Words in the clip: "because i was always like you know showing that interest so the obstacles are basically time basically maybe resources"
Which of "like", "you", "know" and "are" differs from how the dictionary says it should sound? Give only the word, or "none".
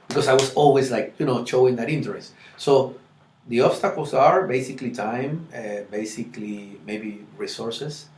none